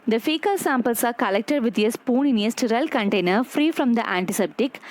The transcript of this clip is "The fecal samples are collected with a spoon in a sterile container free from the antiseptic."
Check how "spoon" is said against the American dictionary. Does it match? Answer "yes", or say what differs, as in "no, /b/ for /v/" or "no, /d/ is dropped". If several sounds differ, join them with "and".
yes